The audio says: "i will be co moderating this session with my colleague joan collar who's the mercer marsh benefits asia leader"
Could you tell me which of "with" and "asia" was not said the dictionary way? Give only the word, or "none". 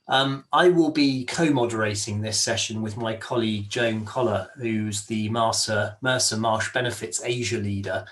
none